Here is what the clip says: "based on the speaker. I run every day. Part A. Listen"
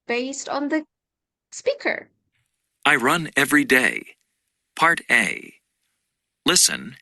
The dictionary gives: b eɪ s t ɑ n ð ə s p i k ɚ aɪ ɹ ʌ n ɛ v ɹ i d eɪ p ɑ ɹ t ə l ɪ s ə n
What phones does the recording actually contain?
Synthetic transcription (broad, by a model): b eɪ s t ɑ n ð ə s p i k ɚ aɪ ɹ ʌ n ɛ v ɹ i d eɪ p ɑ ɹ t ə l ɪ s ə n